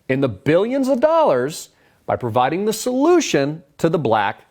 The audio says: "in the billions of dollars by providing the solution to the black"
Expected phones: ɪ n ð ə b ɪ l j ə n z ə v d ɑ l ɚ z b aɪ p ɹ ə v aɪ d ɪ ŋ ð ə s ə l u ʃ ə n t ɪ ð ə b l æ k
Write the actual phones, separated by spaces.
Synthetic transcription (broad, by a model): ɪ n ð ə b ɪ l j ə n z ə v d ɑ l ɚ z b aɪ p ɹ ə v aɪ d ɪ ŋ ð ə s ə l u ʃ ə n t ɪ ð ə b l æ k